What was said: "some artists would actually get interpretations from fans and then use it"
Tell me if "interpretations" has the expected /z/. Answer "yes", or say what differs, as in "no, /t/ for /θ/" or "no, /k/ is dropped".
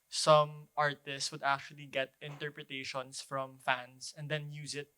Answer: no, /s/ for /z/